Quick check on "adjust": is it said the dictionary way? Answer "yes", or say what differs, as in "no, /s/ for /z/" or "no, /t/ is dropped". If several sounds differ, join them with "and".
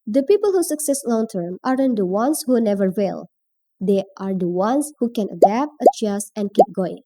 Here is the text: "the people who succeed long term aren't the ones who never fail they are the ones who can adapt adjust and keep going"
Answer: no, /t/ is dropped